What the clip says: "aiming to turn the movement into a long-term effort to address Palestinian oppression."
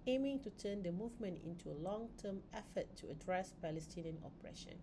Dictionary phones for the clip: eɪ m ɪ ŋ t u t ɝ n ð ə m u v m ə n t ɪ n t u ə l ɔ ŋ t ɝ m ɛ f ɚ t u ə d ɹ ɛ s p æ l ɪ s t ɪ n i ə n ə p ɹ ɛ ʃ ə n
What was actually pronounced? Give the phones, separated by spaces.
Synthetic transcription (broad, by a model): eɪ m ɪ ŋ t u t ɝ n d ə m u v m ə n t ɪ n t u ə l ɔ ŋ t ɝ m ɛ f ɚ t u ə d ɹ ɛ s p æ l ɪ s t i n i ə n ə p ɹ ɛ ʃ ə n